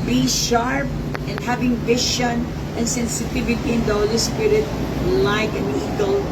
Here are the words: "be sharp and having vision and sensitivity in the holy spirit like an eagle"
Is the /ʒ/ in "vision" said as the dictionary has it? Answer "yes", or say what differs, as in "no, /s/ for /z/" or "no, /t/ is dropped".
no, /ʃ/ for /ʒ/